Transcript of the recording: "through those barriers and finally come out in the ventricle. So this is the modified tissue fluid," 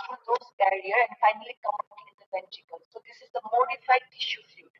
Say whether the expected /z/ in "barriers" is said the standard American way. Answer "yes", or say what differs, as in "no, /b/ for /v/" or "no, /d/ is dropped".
no, /z/ is dropped